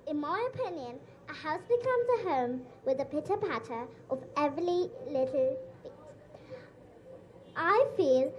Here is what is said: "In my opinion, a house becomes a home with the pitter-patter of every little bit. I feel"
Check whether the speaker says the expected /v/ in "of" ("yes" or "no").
yes